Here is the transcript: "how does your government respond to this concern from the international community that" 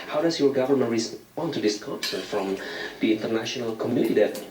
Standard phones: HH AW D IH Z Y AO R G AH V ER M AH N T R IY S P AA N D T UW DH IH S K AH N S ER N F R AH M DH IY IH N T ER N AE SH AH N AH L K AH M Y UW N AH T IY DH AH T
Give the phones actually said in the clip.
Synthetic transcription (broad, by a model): HH AW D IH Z Y AO R G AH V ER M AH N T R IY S AA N T UW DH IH S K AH S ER F R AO M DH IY IH N T ER N AE SH AH N AH L K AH M Y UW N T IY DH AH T